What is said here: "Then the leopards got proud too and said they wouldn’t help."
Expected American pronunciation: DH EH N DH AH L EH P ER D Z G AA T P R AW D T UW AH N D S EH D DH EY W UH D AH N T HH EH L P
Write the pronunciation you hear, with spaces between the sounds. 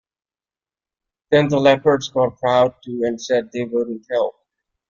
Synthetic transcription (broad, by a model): DH EH N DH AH L EH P ER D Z G AA T P R AW D T UW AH N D S EH D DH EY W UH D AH N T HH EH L